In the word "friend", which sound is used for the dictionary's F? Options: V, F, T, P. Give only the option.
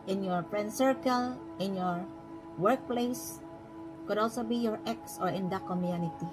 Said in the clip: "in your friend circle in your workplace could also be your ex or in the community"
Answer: P